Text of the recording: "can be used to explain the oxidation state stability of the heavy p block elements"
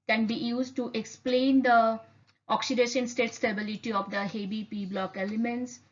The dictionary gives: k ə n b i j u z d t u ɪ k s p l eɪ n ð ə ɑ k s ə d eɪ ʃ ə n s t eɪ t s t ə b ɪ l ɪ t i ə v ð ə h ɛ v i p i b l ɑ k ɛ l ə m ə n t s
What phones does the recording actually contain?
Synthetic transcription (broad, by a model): k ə n b i j u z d t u ɪ k s p l eɪ n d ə ɑ k s ə d eɪ ʃ ə n s t eɪ t s t ə b ɪ l ɪ t i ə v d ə h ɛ b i p i b l ɑ k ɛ l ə m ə n t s